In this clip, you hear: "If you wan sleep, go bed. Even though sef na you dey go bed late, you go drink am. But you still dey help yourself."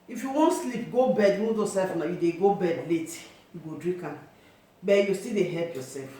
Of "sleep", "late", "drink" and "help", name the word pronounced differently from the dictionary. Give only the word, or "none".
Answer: drink